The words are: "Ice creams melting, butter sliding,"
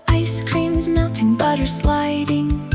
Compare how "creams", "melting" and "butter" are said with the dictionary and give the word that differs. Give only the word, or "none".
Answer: none